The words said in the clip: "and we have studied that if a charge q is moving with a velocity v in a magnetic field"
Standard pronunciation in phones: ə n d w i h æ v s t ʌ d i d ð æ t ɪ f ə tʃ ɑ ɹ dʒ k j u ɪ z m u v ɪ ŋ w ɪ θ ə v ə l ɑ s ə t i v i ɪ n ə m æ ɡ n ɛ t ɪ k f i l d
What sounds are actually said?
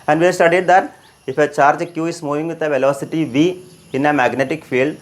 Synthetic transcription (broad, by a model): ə n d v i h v s t ʌ d i d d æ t ɪ f ə tʃ ɑ ɹ dʒ k j u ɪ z m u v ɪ ŋ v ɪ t ə v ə l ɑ s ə t i v i ɪ n ə m æ ɡ n ɛ t ɪ k f i l d